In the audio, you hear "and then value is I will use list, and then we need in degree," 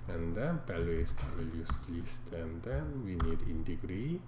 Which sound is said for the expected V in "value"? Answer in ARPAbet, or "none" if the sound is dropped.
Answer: P